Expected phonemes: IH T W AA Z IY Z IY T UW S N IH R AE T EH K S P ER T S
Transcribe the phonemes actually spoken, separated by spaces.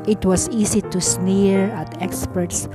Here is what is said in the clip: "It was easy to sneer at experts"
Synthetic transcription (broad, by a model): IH T W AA S IY S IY T UW S N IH R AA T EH K S P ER T S